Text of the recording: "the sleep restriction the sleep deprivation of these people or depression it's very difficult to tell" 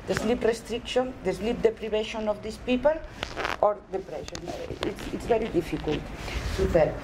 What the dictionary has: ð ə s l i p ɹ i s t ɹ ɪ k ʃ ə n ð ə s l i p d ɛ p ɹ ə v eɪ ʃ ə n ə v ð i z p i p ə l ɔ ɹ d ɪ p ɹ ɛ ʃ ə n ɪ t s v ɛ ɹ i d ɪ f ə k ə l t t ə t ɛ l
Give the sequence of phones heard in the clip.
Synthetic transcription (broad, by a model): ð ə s l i p ɹ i s t ɹ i k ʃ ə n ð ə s l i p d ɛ p ɹ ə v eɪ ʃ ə n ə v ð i s p i p ə l ɔ ɹ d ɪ p ɹ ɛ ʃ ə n ɪ t s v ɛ ɹ i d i f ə k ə l t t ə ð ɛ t